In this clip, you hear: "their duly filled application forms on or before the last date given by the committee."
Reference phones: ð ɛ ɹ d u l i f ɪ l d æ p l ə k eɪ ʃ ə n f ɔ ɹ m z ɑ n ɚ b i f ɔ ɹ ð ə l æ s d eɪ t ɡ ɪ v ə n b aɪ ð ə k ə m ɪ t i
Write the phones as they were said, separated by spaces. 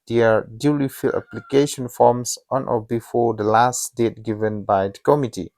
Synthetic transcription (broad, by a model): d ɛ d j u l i f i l æ p l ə k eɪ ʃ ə n f ɔ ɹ m s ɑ n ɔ b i f ɔ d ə l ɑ s d eɪ t ɡ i v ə n b aɪ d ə k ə m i t i